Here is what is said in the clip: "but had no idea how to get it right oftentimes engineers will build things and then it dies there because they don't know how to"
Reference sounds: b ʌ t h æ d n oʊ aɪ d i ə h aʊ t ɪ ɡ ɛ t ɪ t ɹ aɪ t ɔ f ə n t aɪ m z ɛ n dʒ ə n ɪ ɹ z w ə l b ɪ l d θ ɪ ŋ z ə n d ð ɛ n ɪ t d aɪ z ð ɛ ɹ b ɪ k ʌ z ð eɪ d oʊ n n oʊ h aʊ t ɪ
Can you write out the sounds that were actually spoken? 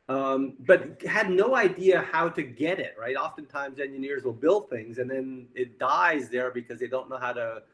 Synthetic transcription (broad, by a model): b ʌ t h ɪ d n oʊ aɪ d i ə h aʊ t ɪ ɡ ɛ t ɪ t ɹ aɪ t ɔ f ə n t aɪ m z ɛ n dʒ ə n ɪ ɹ z w ə l b ɪ l d θ ɪ ŋ z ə n ð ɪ n ɪ t d aɪ z ð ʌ ɹ b ɪ k ʌ z ð eɪ d oʊ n n oʊ h aʊ t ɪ